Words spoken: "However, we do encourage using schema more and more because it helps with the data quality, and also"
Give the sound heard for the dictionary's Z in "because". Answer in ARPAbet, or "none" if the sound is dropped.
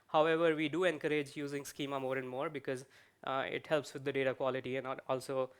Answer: Z